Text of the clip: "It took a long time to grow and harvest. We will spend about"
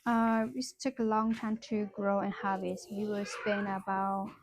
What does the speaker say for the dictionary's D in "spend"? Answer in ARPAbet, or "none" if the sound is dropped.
none